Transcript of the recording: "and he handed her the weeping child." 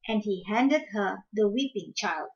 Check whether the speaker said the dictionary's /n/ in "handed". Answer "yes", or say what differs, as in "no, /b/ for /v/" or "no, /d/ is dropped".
yes